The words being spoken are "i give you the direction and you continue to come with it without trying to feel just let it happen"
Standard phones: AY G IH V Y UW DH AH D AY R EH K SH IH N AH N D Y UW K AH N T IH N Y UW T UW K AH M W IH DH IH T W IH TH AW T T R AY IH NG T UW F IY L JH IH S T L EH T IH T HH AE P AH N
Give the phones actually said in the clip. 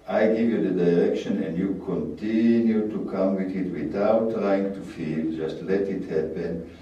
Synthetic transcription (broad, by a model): AY G IH V Y UW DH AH D AY R EH K SH IH N AH N D Y UW K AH N T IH N Y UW T UW K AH M W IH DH IH T W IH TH AW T T R AY IH NG T UW F IY L JH IH S T L EH T IH T HH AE P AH N